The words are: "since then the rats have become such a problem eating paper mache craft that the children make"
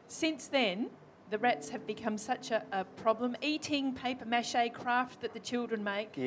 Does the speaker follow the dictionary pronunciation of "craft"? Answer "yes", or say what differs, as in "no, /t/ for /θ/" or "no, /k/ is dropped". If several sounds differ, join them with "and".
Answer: yes